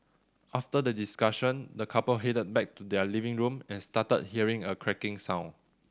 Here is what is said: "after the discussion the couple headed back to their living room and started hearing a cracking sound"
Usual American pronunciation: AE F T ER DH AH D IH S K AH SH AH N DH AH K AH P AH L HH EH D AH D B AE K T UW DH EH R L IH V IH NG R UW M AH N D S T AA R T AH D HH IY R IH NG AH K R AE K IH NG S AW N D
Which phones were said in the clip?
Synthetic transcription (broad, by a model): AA F T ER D AH D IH S K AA SH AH N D AH K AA P AH L HH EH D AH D B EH K T UW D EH L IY V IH NG R UW M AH N S T AA T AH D HH IY R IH NG AH K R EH K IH NG S AW N